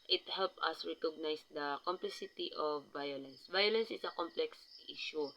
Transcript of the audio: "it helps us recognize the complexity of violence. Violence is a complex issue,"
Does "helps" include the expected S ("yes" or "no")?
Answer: no